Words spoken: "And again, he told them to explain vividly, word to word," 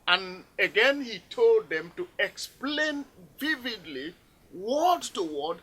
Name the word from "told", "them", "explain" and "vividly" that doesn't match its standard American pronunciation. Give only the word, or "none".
none